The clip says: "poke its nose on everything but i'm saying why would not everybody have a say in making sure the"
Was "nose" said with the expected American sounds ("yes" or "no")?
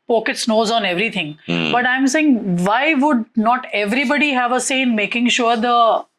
yes